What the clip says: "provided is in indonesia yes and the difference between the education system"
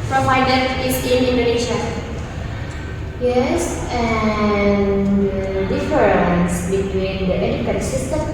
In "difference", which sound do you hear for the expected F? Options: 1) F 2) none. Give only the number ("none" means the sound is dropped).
2